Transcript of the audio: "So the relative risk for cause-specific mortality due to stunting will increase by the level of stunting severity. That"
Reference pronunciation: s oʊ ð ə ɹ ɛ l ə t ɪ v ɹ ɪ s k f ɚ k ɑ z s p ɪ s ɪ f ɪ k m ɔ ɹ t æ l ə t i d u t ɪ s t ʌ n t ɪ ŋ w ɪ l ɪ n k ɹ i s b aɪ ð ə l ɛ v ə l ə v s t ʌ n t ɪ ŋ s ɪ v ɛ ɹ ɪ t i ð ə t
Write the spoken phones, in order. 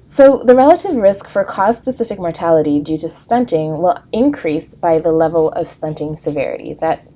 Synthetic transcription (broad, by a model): s oʊ ð ə ɹ ɛ l ə t ɪ v ɹ ɪ s k f ɚ k ɑ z s p ɪ s ɪ f ɪ k m ɔ ɹ t æ l ə t i d u t ɪ s t ʌ n t ɪ ŋ w ɪ l ɪ n k ɹ i s b aɪ ð ə l ɛ v l ə v s t ʌ n t ɪ ŋ s ɪ v ɛ ɹ ɪ t i ð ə t